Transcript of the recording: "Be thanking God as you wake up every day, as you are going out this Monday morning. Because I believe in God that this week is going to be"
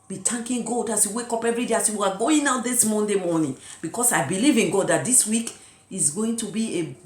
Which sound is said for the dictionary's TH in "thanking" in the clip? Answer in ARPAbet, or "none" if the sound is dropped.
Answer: T